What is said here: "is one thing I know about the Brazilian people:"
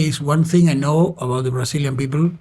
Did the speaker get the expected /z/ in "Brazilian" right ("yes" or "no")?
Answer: no